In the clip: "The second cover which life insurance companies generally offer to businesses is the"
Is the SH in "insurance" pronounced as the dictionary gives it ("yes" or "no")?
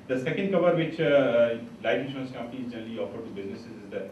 no